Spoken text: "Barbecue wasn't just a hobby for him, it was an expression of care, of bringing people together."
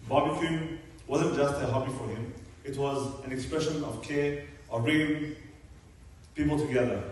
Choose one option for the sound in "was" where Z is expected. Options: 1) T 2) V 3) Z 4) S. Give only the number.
3